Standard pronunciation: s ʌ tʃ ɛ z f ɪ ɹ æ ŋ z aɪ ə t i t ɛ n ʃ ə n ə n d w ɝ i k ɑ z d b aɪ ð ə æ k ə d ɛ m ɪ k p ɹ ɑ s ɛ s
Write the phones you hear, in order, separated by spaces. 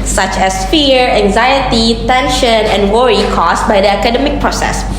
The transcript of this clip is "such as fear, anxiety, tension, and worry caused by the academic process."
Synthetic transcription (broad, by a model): s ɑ tʃ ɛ s f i ɹ æ ŋ z aɪ ə t i t ɛ n ʃ ə n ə n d w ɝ i k ɑ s b aɪ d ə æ k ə d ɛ m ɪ k p ɹ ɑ s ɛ s